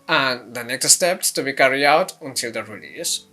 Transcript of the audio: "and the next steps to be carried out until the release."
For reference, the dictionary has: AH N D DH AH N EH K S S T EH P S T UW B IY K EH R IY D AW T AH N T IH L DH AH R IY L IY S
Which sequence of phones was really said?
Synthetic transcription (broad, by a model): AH N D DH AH N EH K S S T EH P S T UW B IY K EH R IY AW T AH N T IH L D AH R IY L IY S